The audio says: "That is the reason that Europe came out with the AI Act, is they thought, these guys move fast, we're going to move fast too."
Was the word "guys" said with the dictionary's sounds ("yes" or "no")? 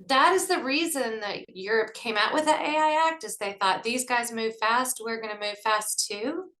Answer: yes